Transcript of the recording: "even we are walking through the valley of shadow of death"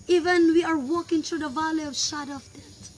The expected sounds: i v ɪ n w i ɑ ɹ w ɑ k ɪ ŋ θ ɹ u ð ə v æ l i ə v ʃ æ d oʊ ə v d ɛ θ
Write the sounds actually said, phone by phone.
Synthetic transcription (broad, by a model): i v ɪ n w i ɑ ɹ w ɑ k ɪ ŋ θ ɹ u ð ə v æ l i ə v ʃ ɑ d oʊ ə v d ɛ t